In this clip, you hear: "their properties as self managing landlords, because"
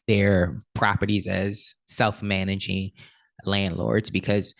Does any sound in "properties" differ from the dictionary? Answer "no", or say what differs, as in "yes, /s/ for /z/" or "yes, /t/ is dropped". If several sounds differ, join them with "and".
no